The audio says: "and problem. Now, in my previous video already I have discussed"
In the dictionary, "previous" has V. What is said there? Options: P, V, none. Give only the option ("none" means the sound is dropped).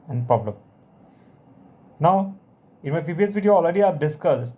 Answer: P